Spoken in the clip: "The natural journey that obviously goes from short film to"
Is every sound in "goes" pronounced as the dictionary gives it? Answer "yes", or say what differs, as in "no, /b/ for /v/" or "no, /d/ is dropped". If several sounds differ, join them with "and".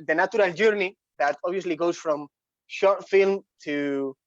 no, /s/ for /z/